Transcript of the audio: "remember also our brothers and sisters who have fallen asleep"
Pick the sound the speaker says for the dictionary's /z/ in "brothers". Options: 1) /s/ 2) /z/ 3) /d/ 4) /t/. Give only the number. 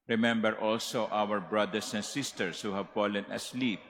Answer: 1